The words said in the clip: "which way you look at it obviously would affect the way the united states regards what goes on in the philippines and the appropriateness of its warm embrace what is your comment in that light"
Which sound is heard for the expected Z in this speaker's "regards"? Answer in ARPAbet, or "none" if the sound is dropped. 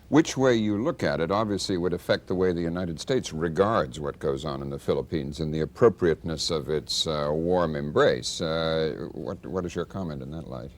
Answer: Z